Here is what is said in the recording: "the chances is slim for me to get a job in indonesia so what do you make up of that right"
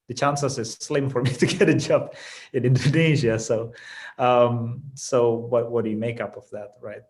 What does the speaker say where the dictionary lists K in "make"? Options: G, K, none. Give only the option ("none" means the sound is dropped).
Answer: K